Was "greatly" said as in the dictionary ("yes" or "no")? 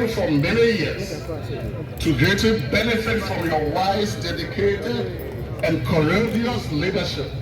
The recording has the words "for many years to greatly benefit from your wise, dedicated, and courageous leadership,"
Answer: no